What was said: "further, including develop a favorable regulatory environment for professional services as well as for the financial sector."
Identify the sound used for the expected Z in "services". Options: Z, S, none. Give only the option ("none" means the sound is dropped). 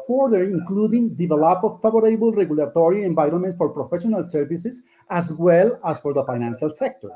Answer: S